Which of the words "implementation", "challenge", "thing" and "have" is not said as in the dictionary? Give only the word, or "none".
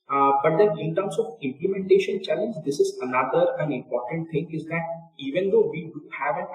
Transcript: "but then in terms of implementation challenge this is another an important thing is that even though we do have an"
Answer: thing